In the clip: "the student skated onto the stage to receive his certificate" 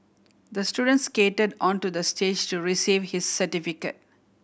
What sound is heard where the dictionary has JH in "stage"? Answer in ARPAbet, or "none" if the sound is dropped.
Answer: JH